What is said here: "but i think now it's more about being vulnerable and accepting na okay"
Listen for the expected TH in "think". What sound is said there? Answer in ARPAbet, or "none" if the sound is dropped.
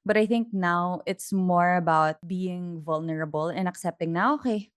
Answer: TH